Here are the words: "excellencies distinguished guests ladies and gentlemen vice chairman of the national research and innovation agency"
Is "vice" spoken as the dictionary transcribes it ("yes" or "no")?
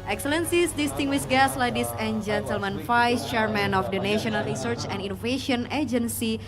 no